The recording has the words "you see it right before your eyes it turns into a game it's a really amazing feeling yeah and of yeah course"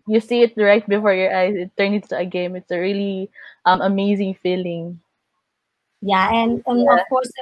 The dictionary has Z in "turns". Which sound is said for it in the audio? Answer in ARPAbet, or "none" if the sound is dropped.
none